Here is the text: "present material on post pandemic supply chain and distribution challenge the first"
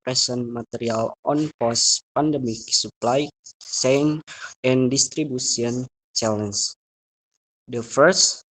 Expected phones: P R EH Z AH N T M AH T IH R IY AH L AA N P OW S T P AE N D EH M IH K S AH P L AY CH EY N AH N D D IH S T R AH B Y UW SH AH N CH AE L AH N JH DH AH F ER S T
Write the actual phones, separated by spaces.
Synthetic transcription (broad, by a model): R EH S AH N M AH T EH R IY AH L AA N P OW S P AE N D EH M IH K S AH P L AY S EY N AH N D D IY S T R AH B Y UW S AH N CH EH L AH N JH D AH F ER S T